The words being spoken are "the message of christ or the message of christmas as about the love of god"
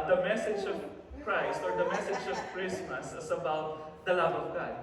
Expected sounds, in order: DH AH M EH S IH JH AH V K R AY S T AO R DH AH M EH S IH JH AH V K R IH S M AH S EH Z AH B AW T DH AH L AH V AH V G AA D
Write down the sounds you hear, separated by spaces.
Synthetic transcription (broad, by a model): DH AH M EH S IH JH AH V K R AY S T AO R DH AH M EH S IH JH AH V K R IH S M AH S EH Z AH B AW T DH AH L AH V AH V G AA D